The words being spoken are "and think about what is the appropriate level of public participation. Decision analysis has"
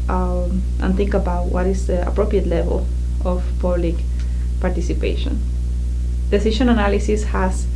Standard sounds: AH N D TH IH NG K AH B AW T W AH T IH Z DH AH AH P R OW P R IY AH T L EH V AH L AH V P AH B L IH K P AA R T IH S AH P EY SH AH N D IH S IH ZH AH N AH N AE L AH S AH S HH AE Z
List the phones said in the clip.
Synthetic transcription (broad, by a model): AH N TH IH NG K AH B AW T W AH T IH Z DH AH AH P R OW P R IY AH T L EH V AH L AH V P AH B L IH K P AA R T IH S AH P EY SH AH N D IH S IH SH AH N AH N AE L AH S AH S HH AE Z